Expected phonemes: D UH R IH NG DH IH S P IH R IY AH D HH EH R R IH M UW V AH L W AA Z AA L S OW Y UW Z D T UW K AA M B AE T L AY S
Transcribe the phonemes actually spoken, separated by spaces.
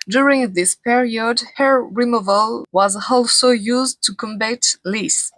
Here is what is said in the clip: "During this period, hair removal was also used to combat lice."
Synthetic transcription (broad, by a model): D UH R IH NG DH IH S P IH R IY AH D HH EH R R IH M UW V AH L W AA Z AA L S OW Y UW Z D T UW K AA M B AE T L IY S